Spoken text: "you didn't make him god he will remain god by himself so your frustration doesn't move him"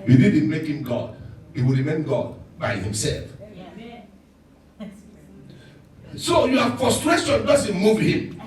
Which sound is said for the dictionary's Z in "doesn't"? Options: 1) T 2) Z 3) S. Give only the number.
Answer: 3